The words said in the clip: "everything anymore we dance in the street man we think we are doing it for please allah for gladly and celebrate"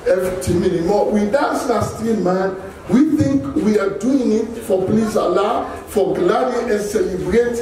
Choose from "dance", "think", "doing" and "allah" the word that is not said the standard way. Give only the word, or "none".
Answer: dance